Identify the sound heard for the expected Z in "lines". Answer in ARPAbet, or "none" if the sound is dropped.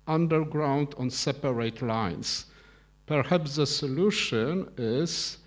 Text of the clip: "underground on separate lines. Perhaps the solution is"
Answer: S